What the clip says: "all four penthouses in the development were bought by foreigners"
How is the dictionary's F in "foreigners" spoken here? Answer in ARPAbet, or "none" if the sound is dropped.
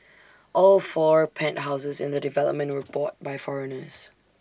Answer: F